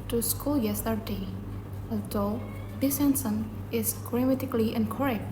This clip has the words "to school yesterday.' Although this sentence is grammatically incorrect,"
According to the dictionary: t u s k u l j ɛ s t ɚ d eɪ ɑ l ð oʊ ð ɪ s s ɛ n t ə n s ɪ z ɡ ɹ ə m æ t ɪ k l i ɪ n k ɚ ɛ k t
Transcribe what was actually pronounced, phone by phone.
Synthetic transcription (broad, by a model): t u s k u l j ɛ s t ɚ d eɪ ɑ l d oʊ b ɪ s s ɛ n s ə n ɪ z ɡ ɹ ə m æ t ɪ k l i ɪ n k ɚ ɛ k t